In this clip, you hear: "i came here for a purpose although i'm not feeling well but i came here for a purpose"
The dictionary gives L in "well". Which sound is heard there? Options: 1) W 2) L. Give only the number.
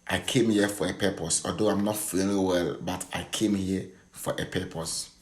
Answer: 2